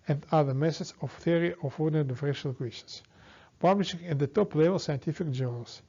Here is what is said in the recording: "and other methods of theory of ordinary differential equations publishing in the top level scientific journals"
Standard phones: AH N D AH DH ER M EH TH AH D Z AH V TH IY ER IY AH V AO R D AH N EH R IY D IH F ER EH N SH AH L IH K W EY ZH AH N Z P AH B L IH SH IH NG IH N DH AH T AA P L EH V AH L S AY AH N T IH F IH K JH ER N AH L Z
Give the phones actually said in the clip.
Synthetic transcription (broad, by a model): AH N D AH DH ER M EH S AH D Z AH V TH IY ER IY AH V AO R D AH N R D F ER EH SH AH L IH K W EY SH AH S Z P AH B L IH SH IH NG IH N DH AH T AA P L EH V AH L S AY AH N T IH F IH K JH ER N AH L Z